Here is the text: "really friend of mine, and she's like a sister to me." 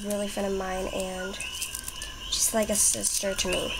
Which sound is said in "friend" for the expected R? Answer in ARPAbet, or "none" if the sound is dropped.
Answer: none